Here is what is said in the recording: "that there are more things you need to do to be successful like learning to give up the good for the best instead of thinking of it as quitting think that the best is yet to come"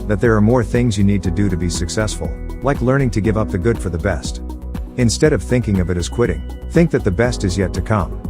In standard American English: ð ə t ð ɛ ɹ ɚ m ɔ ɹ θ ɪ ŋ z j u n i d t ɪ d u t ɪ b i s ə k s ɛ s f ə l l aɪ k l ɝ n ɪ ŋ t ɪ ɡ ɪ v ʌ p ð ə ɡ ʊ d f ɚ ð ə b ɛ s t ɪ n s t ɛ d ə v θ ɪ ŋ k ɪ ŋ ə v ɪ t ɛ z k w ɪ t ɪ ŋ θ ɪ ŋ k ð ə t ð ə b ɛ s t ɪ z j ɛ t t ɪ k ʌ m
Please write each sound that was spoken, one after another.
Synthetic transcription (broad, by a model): ð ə t ð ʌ ɹ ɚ m ɔ ɹ θ ɪ ŋ z j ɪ n i d t ɪ d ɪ t ɪ b i s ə k s ɛ s f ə l l aɪ k l ɝ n ɪ ŋ t ɪ ɡ ɪ v ʌ p ð ə ɡ ʊ d f ɚ ð ə b ɛ s t ɪ n s t ɛ d ə v θ ɪ ŋ k ɪ ŋ ə v ɪ t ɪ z k w ɪ t ɪ ŋ θ ɪ ŋ k ð ə t ð ə b ɛ s t ɪ z j ɛ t t ɪ k ʌ m